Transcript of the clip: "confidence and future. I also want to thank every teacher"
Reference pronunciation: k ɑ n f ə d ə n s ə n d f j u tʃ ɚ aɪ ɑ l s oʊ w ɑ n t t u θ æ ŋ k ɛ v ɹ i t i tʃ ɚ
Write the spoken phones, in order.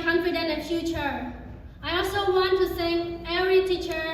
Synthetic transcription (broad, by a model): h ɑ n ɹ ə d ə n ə f j u tʃ ɚ aɪ ɑ l s oʊ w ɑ n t t u s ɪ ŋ ɛ v ɹ i t i tʃ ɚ